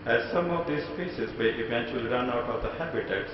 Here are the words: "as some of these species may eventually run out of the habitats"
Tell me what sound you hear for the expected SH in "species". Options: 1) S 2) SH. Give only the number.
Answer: 1